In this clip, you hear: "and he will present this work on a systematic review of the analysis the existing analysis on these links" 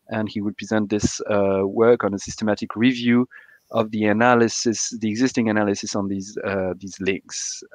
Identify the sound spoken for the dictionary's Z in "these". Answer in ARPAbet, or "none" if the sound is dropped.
Z